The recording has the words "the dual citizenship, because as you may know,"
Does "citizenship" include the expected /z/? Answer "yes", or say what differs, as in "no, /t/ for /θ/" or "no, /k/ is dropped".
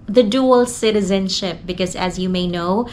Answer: yes